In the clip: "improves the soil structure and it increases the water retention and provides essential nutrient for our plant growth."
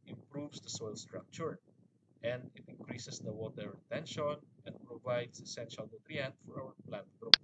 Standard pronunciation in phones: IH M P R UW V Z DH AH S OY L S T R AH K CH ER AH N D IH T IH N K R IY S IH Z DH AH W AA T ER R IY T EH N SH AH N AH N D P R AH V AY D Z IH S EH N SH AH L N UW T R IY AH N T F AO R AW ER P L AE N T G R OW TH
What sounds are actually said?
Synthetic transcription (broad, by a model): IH M P R UW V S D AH S OY L S T R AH K CH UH AH N D IH T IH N K R IY S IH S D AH W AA T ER R IY T EH N SH AH N AH N D P R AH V AY D S IH S EH N SH AH L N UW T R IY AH N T F AO R AW ER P L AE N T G R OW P